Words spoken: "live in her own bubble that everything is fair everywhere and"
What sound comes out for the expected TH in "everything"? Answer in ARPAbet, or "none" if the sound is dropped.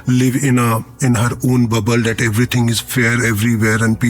T